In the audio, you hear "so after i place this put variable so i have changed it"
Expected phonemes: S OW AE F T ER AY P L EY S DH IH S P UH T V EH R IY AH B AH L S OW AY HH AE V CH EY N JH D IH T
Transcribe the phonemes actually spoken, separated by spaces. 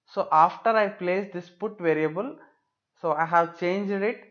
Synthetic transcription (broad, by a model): S OW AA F T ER AY P L EY S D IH S P UH T V EH R IY AH B AH L S OW AY HH AE V CH EY N JH D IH T